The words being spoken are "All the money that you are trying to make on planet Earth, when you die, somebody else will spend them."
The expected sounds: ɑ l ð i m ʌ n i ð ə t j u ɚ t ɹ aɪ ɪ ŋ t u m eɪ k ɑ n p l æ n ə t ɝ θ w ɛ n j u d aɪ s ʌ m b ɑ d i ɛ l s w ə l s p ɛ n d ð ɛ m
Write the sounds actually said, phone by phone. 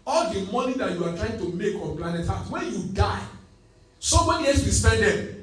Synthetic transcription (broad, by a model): ɑ l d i m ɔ n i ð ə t j u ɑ t ɹ aɪ ɪ ŋ t u m eɪ k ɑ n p l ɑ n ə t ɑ w ɛ n j u d aɪ s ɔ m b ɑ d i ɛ s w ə s p ɛ n d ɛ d